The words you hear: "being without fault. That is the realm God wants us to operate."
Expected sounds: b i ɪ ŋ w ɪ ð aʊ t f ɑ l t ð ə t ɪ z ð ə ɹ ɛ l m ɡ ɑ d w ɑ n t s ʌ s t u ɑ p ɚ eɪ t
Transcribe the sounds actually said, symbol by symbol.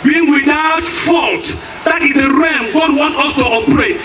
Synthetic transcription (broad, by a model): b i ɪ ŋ w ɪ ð aʊ t f ɑ l t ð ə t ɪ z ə ɹ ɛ m ɡ ɑ d w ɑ n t ʌ s t u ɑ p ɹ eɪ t